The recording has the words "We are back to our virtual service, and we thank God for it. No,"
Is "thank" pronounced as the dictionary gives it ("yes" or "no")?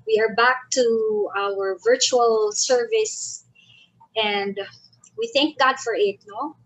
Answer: yes